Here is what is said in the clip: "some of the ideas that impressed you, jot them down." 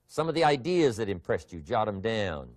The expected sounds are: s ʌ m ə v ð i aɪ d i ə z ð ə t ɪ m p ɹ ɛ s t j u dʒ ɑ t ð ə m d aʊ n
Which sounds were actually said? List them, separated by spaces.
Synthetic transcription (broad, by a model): s ʌ m ə v ð i aɪ d i ə z ð ə t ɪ m p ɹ ɛ s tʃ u dʒ ɑ t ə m d aʊ n